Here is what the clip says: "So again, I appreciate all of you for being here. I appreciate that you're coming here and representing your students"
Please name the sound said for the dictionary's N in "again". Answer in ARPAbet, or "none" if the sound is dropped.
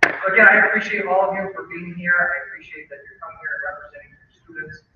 none